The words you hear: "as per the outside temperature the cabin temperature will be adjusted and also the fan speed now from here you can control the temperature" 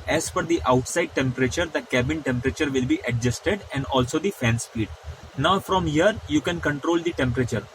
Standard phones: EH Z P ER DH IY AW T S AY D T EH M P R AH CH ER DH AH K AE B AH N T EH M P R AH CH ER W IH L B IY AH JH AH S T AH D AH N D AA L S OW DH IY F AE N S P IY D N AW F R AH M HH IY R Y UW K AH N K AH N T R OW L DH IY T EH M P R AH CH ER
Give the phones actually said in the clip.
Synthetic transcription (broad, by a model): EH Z F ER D IY AW T S AY D T EH M P R AH CH ER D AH K AE B AH N T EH M P R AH CH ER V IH L B IY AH JH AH S T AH D AH N D AA L S OW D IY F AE N S P IY D N AW F R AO M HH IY R Y UW K AH N K AH N T R OW L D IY T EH M P R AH CH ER